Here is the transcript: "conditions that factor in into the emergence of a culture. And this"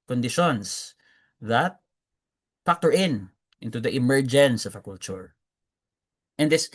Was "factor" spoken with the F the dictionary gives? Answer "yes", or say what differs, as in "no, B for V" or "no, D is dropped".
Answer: no, P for F